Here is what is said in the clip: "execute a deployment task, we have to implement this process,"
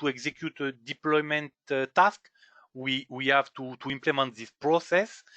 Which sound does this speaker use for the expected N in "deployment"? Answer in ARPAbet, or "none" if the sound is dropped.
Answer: N